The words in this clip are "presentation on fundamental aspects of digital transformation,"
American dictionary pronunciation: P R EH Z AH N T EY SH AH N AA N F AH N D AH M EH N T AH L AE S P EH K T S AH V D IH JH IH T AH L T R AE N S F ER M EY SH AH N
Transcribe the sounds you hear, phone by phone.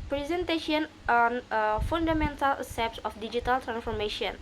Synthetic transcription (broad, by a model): P R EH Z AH N T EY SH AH N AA N F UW N D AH M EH N T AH L S EH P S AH F D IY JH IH T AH L T R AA N S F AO M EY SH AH N